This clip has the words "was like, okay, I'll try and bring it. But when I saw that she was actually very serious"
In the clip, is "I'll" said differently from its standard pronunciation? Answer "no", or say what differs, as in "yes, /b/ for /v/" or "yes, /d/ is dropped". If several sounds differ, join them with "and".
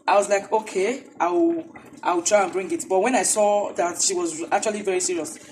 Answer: yes, /w/ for /l/